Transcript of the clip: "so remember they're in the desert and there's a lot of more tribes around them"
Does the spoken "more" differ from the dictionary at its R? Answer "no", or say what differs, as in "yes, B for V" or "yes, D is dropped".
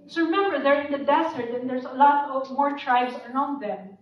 no